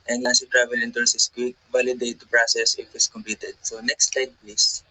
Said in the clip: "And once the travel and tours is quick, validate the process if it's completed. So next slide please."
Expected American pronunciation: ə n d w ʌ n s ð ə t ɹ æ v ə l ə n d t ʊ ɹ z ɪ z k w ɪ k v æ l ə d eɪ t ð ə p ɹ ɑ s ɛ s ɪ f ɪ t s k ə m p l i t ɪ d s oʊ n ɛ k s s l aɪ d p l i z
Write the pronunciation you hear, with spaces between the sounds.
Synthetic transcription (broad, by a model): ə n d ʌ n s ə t ɹ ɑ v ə l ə n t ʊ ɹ s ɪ s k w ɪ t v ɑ l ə d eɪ t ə p ɹ ɑ s ɛ s ɪ f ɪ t s k ə m p l i t ɪ d s oʊ n ɛ k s s l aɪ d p l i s